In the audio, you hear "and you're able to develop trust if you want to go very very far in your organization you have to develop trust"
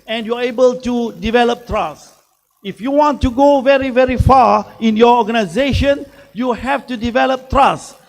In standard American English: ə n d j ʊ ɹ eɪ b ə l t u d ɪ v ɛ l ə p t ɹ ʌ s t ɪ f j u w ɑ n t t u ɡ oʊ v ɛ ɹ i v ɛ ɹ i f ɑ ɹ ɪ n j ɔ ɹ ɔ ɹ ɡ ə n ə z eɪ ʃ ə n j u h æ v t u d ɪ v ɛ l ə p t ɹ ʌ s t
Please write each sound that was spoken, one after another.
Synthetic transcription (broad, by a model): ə n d j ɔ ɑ eɪ b ə l t u d ɪ v ɛ l ə p t ɹ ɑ s ɪ f j u w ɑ n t t u ɡ oʊ v ɛ ɹ i v ɛ ɹ i f ɑ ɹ ɪ n j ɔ ɔ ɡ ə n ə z eɪ ʃ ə n j u h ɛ f t u d ɪ v ɛ l ə p t ɹ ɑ s